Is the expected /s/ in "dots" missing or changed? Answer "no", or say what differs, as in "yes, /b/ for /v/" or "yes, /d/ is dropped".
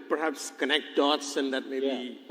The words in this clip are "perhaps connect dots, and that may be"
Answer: no